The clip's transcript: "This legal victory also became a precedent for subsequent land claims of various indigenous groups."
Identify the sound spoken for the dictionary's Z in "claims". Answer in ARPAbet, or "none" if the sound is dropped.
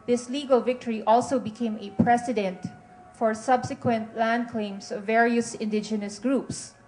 S